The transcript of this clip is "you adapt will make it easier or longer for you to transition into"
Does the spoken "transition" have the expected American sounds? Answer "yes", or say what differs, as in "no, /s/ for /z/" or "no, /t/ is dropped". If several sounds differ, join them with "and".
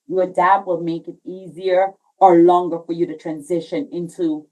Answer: yes